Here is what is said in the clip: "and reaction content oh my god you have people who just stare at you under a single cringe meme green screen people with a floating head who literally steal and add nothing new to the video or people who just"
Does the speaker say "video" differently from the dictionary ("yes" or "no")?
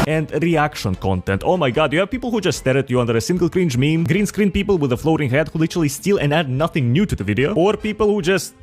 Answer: no